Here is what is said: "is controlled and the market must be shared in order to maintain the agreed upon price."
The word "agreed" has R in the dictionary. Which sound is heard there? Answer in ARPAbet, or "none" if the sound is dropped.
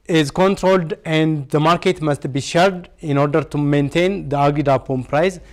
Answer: none